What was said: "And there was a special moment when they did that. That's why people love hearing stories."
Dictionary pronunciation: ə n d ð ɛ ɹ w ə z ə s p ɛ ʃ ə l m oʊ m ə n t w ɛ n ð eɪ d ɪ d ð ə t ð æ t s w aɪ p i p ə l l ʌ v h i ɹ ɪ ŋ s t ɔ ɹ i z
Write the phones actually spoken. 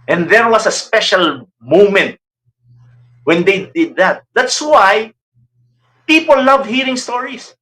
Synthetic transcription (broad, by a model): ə n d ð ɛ ɹ w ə s ə s p ɛ ʃ ə l m oʊ m ə n t w ɛ n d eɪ d ɪ d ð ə t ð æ t s w aɪ p i p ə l l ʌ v h i ɹ ɪ ŋ s t ɔ ɹ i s